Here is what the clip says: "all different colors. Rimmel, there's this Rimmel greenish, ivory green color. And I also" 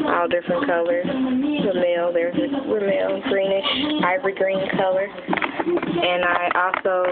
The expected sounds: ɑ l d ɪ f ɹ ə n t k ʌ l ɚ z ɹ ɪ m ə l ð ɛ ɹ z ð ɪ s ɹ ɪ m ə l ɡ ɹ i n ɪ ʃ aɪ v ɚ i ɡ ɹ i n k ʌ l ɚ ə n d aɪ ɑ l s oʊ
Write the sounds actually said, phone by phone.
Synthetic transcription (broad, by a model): ɑ l d ɪ f ɹ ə n k ʌ l ɚ z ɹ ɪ m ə l ð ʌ ɹ z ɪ ɹ ɪ m ə l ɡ ɹ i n ɪ ʃ aɪ v ɚ i ɡ ɹ i n k ʌ l ɚ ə n aɪ ɑ l s oʊ